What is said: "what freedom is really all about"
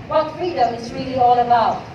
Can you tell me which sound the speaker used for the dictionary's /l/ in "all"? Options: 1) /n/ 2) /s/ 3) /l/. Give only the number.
3